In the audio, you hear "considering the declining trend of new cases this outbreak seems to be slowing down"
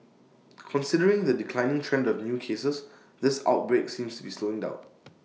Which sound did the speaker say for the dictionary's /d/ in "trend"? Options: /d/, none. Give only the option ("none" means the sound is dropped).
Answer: /d/